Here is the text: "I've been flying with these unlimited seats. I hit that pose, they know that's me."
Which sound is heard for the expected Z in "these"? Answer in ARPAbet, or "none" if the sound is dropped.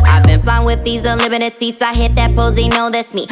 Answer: Z